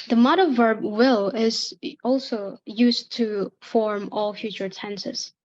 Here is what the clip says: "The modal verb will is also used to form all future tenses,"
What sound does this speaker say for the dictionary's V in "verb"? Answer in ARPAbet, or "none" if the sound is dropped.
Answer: V